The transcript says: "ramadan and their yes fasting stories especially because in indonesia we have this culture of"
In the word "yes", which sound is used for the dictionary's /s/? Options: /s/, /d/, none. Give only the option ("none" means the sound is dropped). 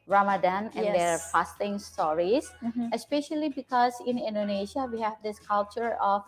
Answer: none